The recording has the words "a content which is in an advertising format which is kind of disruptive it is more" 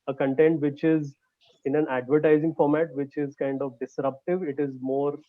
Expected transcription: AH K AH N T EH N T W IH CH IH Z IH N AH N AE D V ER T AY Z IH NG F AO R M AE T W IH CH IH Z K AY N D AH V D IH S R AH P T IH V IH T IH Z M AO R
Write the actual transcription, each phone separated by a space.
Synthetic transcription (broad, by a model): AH K AH N T EH N T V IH CH IH Z IH N AH N AE D V ER T AY Z IH NG F AO R M AE T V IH CH IH Z K AY N D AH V D IH S R AH P T IH V IH T IH Z M AO R